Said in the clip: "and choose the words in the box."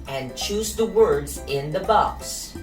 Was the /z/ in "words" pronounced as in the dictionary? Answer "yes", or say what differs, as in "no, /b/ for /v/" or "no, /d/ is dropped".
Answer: yes